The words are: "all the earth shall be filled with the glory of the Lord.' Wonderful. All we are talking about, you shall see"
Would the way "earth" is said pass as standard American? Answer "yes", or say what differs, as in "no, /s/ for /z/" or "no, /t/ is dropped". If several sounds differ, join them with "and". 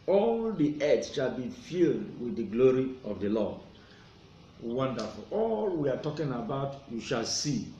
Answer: no, /s/ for /θ/